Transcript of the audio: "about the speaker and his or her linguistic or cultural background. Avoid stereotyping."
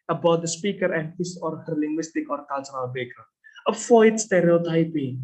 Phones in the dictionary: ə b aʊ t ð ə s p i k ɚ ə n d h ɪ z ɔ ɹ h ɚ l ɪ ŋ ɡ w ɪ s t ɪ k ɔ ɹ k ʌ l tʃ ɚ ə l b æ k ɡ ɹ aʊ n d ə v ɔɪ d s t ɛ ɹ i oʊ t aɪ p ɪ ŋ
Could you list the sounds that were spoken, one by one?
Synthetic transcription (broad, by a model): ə b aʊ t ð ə s p i k ɚ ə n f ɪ s ɔ ɹ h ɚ l ɪ ŋ ɡ w ɪ s t ɪ k ɔ ɹ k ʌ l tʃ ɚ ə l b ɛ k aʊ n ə f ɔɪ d s t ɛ ɹ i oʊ t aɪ p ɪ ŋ